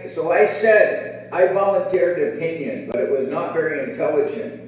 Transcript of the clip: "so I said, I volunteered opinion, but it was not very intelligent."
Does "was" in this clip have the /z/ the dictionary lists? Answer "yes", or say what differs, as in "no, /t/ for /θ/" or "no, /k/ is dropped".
yes